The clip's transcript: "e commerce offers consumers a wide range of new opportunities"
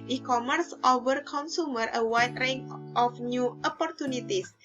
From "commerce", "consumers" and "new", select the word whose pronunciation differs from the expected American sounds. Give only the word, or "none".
consumers